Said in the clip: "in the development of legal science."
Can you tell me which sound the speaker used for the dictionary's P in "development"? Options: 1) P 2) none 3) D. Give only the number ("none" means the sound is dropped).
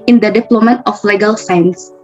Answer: 2